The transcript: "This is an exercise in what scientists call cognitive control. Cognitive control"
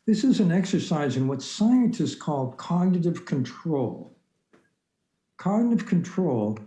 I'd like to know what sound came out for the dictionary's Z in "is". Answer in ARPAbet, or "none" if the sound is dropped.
Z